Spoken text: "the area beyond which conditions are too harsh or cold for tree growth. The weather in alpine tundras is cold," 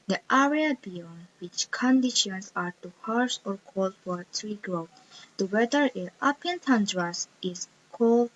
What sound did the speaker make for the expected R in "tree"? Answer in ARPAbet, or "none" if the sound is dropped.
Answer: R